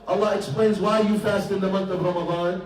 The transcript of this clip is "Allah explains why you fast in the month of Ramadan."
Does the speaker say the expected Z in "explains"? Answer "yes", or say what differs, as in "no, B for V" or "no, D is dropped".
yes